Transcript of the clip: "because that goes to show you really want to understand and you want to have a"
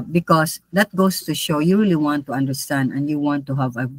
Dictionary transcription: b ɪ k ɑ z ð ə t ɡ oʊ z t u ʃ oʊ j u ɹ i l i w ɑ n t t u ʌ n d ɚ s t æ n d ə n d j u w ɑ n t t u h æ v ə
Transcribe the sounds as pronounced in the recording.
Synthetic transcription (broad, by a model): b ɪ k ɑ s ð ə t ɡ oʊ s t u ʃ oʊ j u ɹ i l i w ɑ n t t u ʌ n d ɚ s t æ n d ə n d j u w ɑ n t t u h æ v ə